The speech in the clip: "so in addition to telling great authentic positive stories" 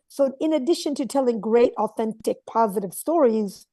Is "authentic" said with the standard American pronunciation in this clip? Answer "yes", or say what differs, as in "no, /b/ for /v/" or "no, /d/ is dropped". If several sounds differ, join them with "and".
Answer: yes